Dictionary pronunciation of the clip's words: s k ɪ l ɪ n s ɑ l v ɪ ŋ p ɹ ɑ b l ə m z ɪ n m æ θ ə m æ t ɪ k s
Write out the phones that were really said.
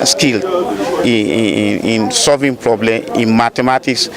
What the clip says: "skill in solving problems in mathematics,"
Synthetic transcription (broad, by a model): s k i l ɪ n s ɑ l v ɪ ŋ p ɹ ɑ b l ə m ɪ n m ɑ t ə m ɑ t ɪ k s